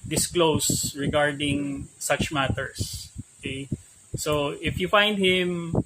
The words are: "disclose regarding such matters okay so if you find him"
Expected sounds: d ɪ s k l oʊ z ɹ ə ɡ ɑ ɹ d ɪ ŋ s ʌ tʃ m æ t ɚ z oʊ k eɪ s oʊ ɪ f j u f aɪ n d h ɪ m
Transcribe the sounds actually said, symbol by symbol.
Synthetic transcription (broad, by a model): d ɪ s k l oʊ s ɹ ə ɡ ɑ ɹ d ɪ ŋ s ʌ tʃ m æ t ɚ s oʊ k eɪ s oʊ ɪ f j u f aɪ n d h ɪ m